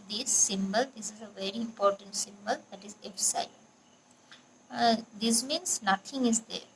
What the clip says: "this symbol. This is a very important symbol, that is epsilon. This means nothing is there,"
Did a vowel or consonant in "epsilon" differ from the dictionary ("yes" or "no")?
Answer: yes